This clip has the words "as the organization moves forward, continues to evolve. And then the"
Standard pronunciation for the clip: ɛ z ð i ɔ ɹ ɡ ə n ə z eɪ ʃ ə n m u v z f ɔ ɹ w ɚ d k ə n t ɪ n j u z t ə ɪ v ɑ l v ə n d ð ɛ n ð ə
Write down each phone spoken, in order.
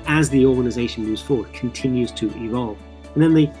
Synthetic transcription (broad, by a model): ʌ z ð i ɔ ɹ ɡ ə n ə z eɪ ʃ ə n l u z f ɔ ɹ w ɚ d k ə n t ɪ n j u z t ə ɪ v ɑ l v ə n ð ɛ n ð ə